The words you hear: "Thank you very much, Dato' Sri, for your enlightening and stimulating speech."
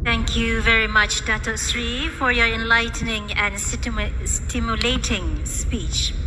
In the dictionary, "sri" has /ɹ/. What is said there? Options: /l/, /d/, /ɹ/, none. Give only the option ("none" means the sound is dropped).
/ɹ/